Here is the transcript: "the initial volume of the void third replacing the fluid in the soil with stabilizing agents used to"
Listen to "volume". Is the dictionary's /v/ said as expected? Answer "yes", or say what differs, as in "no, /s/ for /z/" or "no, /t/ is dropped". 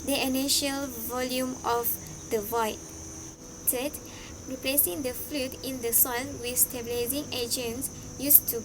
yes